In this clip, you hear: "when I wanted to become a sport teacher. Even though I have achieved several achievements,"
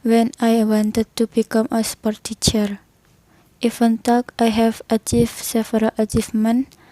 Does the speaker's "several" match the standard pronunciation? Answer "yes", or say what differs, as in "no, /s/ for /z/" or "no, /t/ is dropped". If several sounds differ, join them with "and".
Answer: no, /f/ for /v/